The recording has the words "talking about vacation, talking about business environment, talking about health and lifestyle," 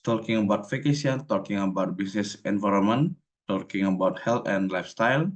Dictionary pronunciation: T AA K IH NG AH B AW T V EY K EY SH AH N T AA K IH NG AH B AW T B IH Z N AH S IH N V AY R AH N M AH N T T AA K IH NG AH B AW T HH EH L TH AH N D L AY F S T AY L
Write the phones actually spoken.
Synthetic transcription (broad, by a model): T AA K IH NG AH B AW T F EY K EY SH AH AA T AA K IH NG AH B AW T B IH S N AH S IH N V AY R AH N M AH N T T AA K IH NG AH B AW T HH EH L T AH N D L AY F S T AY L